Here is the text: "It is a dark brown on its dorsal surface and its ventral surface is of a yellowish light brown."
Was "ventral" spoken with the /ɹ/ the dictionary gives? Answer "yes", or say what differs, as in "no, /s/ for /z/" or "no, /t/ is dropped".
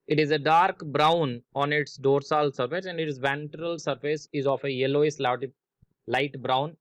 yes